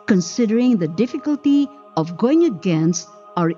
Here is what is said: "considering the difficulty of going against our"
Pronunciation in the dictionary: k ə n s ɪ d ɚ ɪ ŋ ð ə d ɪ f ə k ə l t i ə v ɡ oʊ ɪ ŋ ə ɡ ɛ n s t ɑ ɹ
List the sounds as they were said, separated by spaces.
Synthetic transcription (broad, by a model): k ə n s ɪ d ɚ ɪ ŋ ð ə d ɪ f ə k ə l t i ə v ɡ oʊ ɪ ŋ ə ɡ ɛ n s ɑ ɹ